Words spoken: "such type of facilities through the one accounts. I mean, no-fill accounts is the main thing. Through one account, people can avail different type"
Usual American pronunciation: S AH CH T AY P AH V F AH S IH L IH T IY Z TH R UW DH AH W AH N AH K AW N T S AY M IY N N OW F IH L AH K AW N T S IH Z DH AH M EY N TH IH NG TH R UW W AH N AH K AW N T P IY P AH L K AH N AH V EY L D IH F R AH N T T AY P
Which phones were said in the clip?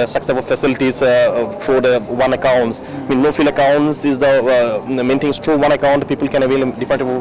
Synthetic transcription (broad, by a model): S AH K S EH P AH F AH S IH L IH T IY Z F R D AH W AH N AH K AW N T S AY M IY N N OW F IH L AH K AW N T S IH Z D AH M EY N T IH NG T R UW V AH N AH K AW N T P IY P AH L K AH N AH V EY L D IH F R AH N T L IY